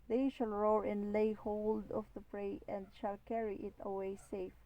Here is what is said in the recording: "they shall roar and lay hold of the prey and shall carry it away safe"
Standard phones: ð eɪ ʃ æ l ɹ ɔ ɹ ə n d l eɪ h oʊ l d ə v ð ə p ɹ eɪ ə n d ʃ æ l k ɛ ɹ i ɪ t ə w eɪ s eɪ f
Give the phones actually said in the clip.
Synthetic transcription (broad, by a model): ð eɪ ʃ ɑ l ɹ ɔ ɹ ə n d l eɪ h oʊ l d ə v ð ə p ɹ eɪ ə n d ʃ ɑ l k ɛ ɹ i ɪ t ə w eɪ s eɪ f